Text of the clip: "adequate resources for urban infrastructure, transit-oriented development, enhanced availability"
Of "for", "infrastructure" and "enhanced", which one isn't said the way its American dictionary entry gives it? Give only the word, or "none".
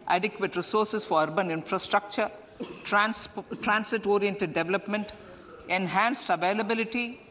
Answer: none